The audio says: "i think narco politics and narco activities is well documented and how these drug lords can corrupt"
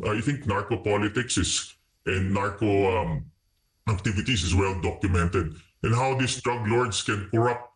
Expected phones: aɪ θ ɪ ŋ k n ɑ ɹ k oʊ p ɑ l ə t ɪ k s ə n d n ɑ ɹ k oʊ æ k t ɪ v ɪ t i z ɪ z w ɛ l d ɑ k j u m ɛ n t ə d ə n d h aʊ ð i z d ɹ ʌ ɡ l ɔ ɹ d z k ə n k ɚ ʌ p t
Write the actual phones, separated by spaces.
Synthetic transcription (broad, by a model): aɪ θ ɪ ŋ k n ɑ ɹ k oʊ p ɑ l ə t ɪ k s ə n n n ɑ ɹ k oʊ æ k t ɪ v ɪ t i s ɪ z w ɛ l d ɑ k j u m ɛ n t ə d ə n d h aʊ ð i s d ɹ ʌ ɡ l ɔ ɹ d s k ə n k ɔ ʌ p t